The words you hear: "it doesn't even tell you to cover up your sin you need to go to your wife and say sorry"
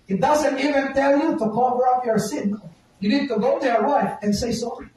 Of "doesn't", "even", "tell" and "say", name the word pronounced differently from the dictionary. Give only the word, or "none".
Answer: none